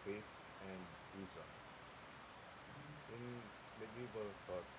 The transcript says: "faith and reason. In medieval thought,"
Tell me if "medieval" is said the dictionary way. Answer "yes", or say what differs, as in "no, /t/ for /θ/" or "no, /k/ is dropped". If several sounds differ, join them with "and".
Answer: no, /b/ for /v/